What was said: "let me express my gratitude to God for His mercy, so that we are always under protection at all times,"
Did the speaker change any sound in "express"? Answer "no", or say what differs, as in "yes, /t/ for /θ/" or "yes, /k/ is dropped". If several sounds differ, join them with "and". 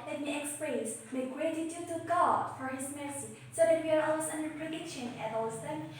yes, /l/ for /ɹ/